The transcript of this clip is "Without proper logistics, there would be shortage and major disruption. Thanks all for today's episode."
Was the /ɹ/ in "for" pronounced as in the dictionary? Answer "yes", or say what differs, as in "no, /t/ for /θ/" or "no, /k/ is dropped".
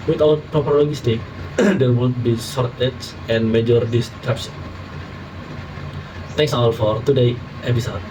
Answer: yes